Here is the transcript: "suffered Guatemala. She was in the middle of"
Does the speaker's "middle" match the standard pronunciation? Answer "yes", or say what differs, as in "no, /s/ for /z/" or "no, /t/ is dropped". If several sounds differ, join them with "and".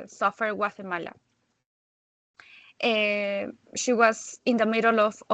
yes